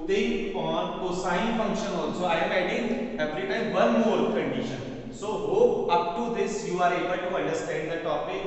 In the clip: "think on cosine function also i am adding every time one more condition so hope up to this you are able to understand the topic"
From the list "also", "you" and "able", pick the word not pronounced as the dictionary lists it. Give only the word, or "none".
also